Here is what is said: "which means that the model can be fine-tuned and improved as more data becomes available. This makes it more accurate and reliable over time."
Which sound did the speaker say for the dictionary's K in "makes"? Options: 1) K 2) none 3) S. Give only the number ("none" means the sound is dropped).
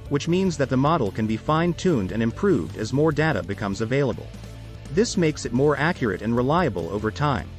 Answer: 1